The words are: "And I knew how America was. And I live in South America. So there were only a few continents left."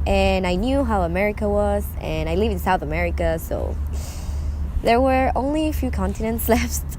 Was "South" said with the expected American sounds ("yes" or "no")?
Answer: yes